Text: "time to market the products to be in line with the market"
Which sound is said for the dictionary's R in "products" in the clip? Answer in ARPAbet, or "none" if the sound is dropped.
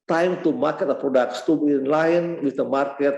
R